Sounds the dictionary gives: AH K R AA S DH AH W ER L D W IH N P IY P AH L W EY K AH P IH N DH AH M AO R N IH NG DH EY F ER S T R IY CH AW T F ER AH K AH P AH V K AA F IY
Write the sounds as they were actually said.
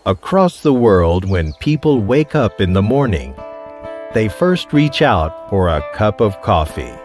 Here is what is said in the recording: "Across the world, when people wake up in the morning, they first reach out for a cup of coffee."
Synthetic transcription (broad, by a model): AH K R AA S DH AH W ER L D W IH N P IY P L W EY K AH P IH N DH AH M AO R N IH NG DH EY F ER S T R IY CH AW T F ER AH K AH P AH V K AA F IY